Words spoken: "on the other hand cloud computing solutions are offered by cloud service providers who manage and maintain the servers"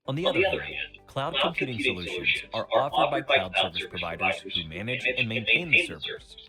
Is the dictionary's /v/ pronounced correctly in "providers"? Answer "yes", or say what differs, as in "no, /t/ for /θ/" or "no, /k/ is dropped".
yes